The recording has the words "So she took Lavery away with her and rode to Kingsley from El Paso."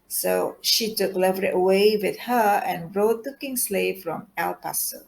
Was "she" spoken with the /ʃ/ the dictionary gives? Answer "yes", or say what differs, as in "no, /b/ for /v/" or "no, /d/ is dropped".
yes